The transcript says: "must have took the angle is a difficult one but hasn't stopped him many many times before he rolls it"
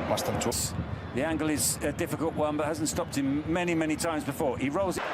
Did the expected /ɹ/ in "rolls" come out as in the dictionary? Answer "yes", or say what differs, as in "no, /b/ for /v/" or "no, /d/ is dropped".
yes